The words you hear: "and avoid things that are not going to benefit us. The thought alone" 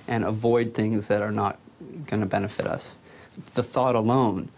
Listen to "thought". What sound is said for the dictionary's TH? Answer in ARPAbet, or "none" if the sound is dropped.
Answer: TH